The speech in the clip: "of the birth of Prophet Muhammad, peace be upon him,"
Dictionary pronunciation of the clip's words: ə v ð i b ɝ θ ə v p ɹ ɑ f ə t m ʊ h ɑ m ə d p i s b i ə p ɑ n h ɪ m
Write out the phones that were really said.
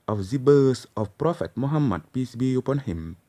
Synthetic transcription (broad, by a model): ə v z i b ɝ s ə f p ɹ ɑ f ə t m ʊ h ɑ m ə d p i s b i ə p ɑ n h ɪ m